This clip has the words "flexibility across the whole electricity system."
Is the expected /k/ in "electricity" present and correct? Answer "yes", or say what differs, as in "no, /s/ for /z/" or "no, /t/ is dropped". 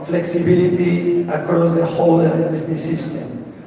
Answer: no, /k/ is dropped